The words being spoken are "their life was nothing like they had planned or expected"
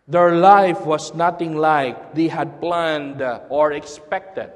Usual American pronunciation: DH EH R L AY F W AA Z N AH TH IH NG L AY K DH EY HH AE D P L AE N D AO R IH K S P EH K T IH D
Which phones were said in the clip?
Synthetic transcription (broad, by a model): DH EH R L AY F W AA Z N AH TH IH NG L AY K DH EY HH AE D P L AE N D AO R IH K S P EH K T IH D